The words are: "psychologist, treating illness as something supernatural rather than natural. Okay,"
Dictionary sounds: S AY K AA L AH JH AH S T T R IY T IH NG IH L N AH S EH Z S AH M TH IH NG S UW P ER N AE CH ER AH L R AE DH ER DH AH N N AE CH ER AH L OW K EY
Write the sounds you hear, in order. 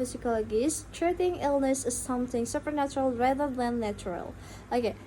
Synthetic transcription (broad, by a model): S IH K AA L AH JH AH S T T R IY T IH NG IH L N AH S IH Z S AH M TH IH NG S UW P ER N AE CH ER AH L R AE DH ER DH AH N N AE CH ER AH L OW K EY